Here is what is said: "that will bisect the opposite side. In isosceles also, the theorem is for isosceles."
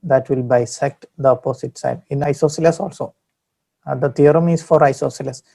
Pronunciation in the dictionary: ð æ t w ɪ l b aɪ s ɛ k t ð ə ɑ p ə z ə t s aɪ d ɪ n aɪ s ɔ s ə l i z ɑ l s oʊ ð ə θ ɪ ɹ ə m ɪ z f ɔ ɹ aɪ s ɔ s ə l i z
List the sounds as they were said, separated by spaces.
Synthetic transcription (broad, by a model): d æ t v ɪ l b aɪ s ɛ k t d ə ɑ p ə s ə t s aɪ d ɪ n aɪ s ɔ s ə l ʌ s ɑ l s oʊ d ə t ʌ ɹ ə m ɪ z f ɔ ɹ aɪ s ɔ s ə l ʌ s